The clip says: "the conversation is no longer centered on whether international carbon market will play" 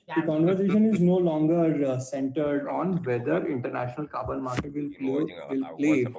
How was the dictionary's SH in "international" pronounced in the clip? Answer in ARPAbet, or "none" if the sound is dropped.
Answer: SH